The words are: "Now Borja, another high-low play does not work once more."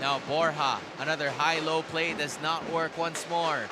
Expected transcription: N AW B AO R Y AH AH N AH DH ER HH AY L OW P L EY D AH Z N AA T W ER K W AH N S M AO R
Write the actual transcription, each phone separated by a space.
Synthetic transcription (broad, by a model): AW B AO R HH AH AH N AH DH ER HH AY L OW P L EY D AH Z N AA T W ER K W AH N S M AO R